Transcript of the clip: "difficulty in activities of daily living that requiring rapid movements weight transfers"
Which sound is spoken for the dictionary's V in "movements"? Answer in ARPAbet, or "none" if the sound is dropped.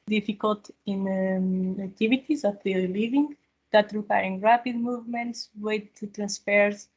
V